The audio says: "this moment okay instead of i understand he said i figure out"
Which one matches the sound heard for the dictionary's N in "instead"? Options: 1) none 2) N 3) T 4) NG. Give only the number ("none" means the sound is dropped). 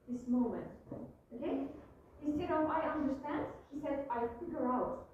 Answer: 1